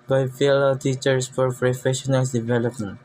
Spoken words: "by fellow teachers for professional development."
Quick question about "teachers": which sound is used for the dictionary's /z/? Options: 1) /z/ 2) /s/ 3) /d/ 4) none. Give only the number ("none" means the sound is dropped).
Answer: 2